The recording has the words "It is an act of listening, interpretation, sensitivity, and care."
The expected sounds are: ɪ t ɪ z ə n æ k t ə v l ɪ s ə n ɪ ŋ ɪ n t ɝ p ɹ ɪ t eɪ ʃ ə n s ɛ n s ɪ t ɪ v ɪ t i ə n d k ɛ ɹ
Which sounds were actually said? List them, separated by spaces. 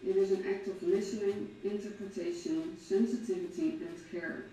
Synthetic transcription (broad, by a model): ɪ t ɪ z ə n æ k t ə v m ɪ ʃ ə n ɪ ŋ ɪ n t ɝ p ɹ ɪ t eɪ ʃ ə n s ɛ n s ɪ t ɪ v ɪ t i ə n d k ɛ ɹ